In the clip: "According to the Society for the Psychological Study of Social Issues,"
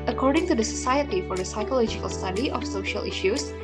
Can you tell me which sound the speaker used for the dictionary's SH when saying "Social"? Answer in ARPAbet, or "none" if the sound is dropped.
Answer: SH